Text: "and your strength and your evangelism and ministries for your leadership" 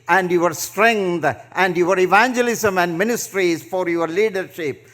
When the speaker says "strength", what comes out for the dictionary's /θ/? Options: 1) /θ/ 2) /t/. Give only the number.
2